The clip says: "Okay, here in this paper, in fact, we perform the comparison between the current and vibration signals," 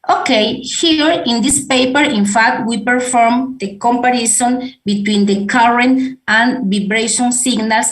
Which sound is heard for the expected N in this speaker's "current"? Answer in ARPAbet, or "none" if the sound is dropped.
N